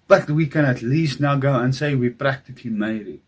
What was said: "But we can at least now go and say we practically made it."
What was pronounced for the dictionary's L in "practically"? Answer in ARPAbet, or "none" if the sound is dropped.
none